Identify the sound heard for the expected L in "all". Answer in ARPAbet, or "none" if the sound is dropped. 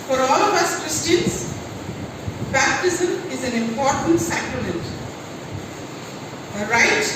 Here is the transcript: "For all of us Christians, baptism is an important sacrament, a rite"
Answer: L